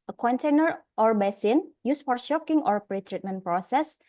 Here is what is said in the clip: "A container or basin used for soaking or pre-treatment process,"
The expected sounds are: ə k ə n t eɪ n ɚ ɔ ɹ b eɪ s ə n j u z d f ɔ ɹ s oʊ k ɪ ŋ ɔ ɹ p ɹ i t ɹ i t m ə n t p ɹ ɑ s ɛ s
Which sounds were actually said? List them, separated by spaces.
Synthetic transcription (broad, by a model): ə k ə n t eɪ n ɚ ɔ ɹ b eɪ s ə n j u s f ɔ ɹ ʃ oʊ k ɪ ŋ ɔ ɹ p ɹ i t ɹ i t m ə n p ɹ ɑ s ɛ s